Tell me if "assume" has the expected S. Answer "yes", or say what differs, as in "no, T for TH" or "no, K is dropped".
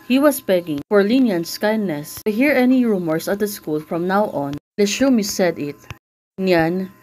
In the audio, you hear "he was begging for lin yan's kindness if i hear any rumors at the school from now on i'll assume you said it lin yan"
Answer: no, SH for S